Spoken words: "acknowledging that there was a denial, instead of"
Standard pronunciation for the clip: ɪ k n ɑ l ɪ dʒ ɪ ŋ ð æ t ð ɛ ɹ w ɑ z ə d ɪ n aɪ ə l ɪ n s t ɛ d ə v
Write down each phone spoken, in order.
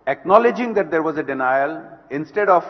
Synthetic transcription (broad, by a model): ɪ k n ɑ l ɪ dʒ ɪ ŋ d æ t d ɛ ɹ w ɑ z ə d ɪ n aɪ ə l ɪ n s t ɛ d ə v